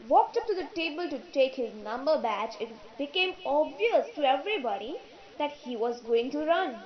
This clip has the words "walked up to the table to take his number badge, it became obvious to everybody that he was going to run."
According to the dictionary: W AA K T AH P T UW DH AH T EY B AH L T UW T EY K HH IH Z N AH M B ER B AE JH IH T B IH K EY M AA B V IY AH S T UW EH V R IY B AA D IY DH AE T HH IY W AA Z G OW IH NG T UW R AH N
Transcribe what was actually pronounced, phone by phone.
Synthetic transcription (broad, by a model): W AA K T AH P T UW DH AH T EY B AH L T UW T EY K HH IH Z N AH M B ER B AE CH IH T B IH K EY M AA B V IY AH S T UW EH V R IY B AA D IY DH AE T HH IY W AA Z G OW IH NG T UW R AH N